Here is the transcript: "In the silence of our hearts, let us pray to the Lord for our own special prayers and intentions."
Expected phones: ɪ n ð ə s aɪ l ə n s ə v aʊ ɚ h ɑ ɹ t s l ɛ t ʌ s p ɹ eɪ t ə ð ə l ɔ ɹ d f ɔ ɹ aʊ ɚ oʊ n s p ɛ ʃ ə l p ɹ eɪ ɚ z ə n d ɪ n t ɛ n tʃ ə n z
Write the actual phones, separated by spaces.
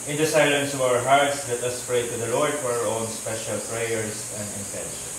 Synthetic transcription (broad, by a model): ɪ n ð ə s aɪ l ə n s ə v aʊ ɚ h ɑ ɹ t s l ɛ t ʌ s p ɹ eɪ t ə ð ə l ɔ ɹ d f ɔ ɹ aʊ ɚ oʊ n s p ɛ ʃ ə l p ɹ eɪ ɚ s ə n d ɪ n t ɛ n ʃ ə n